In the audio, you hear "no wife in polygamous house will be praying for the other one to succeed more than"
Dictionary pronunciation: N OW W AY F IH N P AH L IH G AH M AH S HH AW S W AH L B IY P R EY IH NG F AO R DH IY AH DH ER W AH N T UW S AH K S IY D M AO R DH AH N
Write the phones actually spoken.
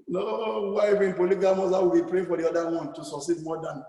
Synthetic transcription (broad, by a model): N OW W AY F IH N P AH L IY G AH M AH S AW W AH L B IY P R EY F AO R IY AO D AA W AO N T UW S AH K S IY D M AO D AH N